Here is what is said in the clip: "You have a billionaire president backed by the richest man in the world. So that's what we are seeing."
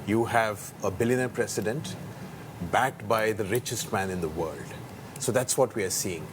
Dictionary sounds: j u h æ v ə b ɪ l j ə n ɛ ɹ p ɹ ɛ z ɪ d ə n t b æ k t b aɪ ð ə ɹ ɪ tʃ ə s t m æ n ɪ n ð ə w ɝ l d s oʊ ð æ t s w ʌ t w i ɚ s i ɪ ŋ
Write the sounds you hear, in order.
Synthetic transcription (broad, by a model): j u h æ v ə b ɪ l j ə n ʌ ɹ p ɹ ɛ s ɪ d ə n t b æ k t b aɪ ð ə ɹ ɪ tʃ ə s t m æ n ɪ n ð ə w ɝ l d s oʊ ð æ t s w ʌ t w i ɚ s i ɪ ŋ